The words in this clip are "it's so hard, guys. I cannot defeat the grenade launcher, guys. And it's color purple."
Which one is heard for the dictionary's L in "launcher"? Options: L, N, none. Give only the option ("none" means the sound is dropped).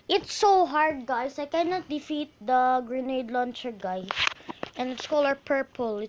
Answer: L